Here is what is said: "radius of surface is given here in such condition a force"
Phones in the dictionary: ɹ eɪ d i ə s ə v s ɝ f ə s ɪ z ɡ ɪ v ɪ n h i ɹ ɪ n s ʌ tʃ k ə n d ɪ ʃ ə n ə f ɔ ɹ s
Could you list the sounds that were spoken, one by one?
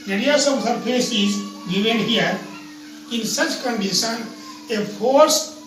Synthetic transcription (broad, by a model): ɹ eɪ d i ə s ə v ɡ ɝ p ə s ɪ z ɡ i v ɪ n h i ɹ ɪ n s ʌ tʃ k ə n d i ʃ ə n ə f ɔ ɹ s